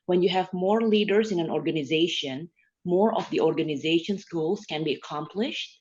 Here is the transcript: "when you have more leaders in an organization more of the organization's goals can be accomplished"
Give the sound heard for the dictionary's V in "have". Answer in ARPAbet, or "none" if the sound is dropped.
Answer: V